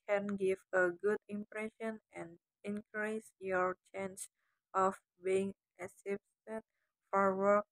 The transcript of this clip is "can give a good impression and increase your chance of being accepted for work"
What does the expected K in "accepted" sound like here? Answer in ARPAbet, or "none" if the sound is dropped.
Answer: none